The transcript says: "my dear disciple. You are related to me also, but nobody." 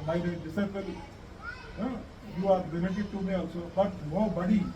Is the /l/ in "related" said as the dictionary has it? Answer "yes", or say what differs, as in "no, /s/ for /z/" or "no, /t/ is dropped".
no, /n/ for /l/